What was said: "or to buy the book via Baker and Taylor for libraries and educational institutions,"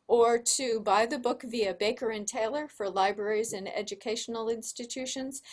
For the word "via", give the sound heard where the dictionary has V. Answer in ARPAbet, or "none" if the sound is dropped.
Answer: V